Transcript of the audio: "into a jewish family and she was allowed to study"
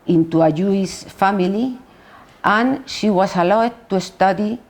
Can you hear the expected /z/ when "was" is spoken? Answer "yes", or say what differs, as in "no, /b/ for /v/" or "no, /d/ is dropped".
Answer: no, /s/ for /z/